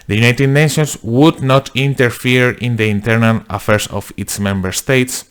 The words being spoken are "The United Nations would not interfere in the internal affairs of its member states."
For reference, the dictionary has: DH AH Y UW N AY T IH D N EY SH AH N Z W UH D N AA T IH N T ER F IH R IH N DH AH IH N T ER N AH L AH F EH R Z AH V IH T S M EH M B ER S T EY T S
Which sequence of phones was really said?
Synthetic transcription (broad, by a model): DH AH Y UW N AY T IH D N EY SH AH N S W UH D N AA T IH N T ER F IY R IH N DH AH IH N T ER N AH L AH F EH R S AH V IH T S M EH M B ER S T EY T S